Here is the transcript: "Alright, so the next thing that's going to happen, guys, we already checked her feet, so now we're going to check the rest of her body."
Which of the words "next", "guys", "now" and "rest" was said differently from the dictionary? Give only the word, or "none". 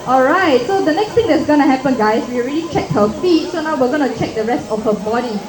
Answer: guys